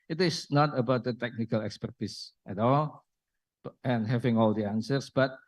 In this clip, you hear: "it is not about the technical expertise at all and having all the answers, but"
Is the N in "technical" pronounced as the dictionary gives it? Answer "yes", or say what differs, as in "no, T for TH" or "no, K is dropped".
yes